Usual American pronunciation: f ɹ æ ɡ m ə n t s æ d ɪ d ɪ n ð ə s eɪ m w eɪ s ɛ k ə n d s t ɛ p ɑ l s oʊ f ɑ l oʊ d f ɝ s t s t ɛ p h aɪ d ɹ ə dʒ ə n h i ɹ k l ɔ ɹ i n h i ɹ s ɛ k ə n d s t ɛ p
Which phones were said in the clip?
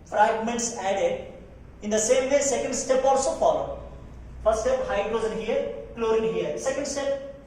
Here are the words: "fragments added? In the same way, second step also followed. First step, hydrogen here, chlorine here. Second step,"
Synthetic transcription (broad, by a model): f ɹ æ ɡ m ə n t s æ d ɪ d ɪ n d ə s eɪ m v eɪ s ɛ k ə n d s t ɛ p ɑ l s oʊ f ɑ l oʊ d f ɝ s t s t ɛ p h aɪ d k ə z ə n h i ɹ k l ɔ ɹ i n h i ɹ s ɛ k ə n d s t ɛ p